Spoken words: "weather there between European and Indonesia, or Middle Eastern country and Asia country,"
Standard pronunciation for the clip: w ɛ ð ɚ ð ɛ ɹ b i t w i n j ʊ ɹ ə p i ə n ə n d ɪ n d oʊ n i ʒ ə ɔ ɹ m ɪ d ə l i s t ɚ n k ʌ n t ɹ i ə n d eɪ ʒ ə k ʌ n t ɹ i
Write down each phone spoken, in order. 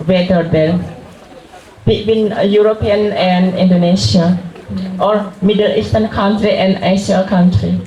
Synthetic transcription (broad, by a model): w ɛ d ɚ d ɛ l b i t w i n j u ɹ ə p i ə n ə n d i n d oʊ n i s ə ɔ ɹ m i d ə l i s t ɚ n k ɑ n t ɹ i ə n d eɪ s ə k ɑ n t ɹ i